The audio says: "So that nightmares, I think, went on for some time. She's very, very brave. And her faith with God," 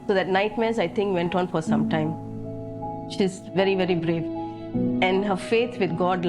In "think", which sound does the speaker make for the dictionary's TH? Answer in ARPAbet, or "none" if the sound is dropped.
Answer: T